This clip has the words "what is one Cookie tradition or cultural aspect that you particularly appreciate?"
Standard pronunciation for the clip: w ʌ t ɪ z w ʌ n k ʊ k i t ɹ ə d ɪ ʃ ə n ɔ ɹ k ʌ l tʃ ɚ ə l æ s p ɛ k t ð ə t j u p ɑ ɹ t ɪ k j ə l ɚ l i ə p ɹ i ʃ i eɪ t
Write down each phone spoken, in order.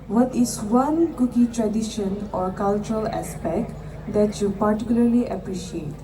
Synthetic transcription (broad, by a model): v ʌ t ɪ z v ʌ n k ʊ k i t ɹ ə d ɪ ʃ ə n ɔ ɹ k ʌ l tʃ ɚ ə l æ s p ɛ k t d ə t j u p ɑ ɹ t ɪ k j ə l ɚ l i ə p ɹ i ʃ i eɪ t